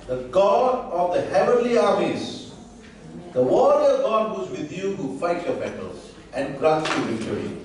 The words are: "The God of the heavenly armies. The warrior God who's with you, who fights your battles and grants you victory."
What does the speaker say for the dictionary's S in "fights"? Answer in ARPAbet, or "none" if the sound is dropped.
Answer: none